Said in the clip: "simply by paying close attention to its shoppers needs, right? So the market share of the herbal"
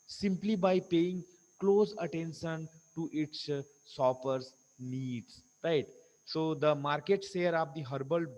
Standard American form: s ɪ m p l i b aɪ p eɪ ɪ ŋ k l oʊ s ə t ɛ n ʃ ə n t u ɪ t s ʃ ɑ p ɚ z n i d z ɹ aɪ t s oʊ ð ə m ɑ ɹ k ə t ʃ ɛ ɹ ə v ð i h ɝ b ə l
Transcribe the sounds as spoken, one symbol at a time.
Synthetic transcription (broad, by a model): s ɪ m p l i b aɪ p eɪ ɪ ŋ k l oʊ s ə t ɛ n ʃ ə n t u ɪ t s s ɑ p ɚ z n i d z ɹ aɪ t s oʊ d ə m ɑ ɹ k ə t s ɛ ɹ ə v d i h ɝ b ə l